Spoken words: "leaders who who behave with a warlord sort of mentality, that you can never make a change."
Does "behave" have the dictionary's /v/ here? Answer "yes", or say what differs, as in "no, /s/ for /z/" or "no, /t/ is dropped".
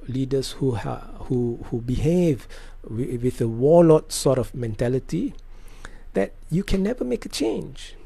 yes